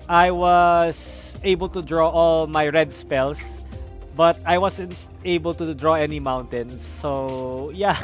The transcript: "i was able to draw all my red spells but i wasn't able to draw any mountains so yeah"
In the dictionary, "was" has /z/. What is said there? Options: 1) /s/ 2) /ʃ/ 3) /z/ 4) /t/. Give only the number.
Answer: 1